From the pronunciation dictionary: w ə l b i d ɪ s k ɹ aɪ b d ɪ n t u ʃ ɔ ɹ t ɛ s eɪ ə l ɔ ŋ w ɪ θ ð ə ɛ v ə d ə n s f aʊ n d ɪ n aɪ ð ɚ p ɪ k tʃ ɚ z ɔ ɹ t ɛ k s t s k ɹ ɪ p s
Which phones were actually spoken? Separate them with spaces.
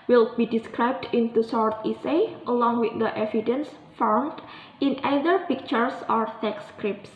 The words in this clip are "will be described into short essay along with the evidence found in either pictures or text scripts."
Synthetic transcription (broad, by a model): w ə l b i d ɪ s k ɹ aɪ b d ɪ n t u s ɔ ɹ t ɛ s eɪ ə l ɔ ŋ w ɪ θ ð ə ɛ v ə d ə n s f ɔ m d ɪ n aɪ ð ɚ p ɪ k tʃ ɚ s ɔ ɹ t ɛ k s s k ɹ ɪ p s